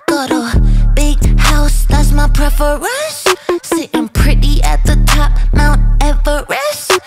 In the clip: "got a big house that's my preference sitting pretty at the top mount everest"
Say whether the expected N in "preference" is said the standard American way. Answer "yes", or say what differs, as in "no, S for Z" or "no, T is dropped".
no, N is dropped